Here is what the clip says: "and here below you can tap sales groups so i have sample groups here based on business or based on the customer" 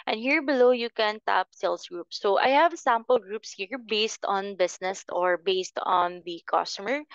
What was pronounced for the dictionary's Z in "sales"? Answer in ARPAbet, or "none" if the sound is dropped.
S